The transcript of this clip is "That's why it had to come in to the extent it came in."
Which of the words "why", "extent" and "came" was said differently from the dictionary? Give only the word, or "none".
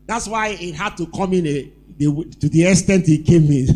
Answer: extent